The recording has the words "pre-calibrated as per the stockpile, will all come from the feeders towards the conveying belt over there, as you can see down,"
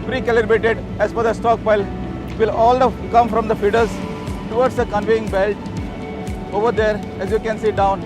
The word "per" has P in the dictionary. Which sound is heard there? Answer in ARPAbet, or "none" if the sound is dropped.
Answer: F